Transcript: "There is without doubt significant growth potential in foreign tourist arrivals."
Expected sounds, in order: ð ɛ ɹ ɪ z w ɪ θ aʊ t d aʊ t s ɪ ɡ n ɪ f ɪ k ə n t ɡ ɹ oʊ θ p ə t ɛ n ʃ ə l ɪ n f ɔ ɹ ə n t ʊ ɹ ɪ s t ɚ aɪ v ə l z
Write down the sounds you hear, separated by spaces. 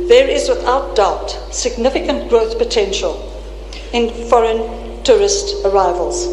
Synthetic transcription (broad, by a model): ð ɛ ɹ ɪ z w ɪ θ aʊ t d aʊ t s ɪ ɡ n ɪ f ɪ k ə n t ɡ ɹ oʊ θ p ə t ɛ n ʃ ə l ɪ n f ɔ ɹ ə n t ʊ ɹ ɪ s t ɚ aɪ v ə l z